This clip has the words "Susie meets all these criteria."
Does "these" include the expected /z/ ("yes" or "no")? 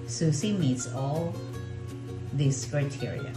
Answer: no